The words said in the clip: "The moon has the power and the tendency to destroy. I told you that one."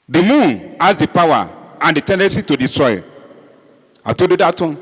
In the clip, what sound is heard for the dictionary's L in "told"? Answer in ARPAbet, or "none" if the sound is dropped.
none